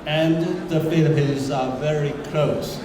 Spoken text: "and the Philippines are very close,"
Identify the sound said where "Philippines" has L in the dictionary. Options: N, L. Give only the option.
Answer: N